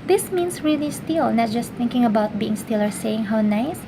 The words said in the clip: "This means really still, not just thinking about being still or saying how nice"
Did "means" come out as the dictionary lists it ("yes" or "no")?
no